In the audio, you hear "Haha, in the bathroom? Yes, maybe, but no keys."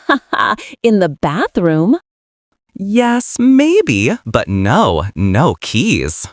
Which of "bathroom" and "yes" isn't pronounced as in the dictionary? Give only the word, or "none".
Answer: none